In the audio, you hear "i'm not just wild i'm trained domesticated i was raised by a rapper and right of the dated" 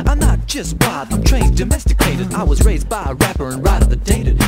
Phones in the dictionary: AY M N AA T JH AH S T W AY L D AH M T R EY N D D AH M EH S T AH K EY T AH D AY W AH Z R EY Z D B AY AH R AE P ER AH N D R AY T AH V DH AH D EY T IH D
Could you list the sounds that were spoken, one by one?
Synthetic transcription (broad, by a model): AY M N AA T JH AH S T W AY D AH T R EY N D D AH M EH S T AH K EY T AH D AY W AH Z R EY Z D B AY AH R AE P ER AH N R AY T AH V DH AH D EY T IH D